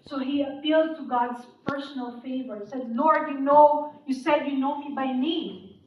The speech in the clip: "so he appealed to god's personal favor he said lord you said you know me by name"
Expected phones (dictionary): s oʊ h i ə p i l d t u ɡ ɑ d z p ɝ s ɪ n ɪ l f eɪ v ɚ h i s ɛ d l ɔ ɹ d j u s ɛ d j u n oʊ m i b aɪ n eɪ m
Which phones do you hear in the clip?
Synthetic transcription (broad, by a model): s oʊ h i ə p i l d t u ɡ ɑ d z p ɝ s ɪ n ɪ l f eɪ v ɚ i s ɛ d n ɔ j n j u s ɛ d j u n oʊ m i b aɪ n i